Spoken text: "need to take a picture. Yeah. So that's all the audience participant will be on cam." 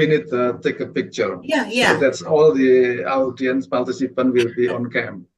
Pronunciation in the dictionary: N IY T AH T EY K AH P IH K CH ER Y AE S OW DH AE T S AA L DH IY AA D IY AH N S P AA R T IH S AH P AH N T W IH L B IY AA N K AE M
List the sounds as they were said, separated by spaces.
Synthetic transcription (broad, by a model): N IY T T EY K AH P IH K CH ER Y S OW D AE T S AA L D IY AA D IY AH N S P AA L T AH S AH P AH N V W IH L B IY AA N K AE M